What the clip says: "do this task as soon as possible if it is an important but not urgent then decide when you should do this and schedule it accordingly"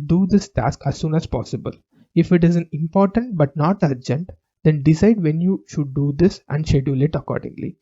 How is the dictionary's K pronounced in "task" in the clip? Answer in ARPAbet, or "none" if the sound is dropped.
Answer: K